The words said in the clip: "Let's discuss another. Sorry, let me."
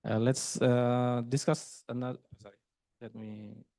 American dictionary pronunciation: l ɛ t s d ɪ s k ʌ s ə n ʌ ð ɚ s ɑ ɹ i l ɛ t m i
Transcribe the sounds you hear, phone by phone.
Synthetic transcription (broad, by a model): l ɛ t s d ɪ s k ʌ s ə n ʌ ɚ s ɑ ɹ i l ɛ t m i